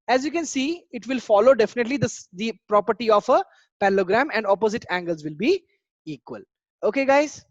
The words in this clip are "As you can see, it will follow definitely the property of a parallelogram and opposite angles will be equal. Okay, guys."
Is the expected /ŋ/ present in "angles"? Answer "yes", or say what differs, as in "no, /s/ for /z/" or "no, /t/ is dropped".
yes